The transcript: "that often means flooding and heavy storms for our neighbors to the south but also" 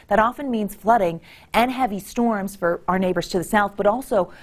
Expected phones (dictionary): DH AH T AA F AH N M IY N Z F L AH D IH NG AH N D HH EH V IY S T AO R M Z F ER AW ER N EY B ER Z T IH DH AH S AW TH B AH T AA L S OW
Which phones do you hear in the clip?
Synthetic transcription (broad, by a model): DH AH T AA F AH N M IY N Z F L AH D IH NG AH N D HH EH V IY S T AO R M Z F ER AW ER N EY B ER Z T IH DH AH S AW TH B AH T AA L S OW